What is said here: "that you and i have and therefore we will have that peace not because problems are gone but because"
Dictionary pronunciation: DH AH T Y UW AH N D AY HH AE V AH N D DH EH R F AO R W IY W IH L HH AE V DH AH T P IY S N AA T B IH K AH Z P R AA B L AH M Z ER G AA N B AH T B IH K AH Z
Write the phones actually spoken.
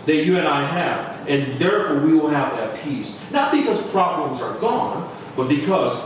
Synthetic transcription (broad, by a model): DH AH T Y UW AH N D AY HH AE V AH N DH EH R F AO R W IY W IH L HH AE V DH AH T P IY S N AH T B IH K AH Z P R AA B L AH M Z ER G AA N B AH T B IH K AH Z